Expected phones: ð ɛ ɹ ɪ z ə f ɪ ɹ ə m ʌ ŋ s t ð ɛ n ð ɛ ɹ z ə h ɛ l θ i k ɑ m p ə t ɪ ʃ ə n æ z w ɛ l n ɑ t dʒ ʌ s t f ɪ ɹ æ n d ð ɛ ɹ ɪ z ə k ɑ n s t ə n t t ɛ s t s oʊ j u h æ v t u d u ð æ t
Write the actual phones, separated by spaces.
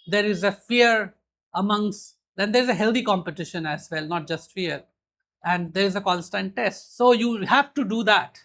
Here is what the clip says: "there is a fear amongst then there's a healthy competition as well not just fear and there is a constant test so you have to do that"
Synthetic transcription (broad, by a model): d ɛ ɹ ɪ z ə f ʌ ɹ ə m ʌ ŋ s t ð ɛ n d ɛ ɹ z ə h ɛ l t i k ɑ m p ə t ɪ ʃ ə n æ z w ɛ l n ɑ t dʒ ʌ s t f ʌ ɹ æ n d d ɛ ɹ ɪ z ə k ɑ n s t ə n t t ɛ s t s oʊ j u h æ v t u d u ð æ t